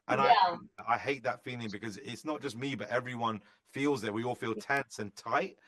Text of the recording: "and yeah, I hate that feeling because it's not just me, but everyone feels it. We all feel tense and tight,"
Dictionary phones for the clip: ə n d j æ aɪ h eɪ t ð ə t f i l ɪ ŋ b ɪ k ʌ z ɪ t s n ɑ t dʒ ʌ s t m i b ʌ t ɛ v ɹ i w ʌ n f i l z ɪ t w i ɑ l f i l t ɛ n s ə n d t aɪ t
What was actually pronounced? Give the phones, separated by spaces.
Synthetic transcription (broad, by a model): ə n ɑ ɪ aɪ h eɪ t ð ə t f i l ɪ ŋ b ɪ k ʌ z ɪ t s n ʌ t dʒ ʌ s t m i b ʌ t ɛ v ɹ i w ʌ n f i l z ɪ t w i ɑ l f i l t ɛ n s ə n t aɪ t